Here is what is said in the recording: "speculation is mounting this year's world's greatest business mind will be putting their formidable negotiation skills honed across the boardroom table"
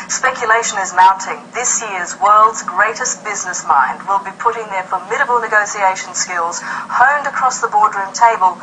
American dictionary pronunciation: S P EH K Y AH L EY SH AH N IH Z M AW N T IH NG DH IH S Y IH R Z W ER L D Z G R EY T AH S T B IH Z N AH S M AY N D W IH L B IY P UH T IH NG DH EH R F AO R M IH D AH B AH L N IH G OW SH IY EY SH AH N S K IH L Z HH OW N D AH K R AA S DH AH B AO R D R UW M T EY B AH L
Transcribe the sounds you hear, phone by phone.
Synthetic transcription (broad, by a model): S P EH K Y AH L EY SH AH N IH Z M AW N T IH NG DH IH S Y IH R Z W ER L D Z G R EY T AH S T B IH Z N AH S M AY N D W IH L B IY P UH T IH NG DH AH R F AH R M IH D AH B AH L N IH G OW S IY EY SH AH N S K IH L Z HH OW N D AH K R AA S DH AH B AO R D R UW M T EY B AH L